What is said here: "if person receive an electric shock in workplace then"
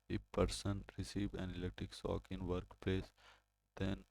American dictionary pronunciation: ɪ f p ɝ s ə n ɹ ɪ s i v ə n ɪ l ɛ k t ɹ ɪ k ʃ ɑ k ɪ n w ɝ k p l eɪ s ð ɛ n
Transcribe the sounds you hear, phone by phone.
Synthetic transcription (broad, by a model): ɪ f p ɝ s ə n ɹ ɪ s i v ə n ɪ l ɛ t ɪ k s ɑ k ɪ n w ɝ k p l eɪ s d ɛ n